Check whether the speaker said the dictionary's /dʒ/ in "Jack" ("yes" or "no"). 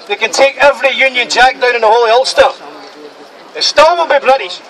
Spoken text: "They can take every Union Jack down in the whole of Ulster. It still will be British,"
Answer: yes